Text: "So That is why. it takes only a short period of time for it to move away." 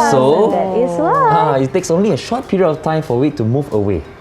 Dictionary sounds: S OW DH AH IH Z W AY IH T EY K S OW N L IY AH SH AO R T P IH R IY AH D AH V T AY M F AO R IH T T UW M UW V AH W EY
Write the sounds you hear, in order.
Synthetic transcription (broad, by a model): S OW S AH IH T T EY K S OW N L IY AH SH AO T P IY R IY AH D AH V T AY M F AO W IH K T UW M UW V AH W EY